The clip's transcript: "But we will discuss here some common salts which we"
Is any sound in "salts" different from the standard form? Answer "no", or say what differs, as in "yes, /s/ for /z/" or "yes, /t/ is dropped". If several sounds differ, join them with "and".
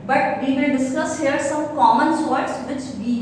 yes, /l/ is dropped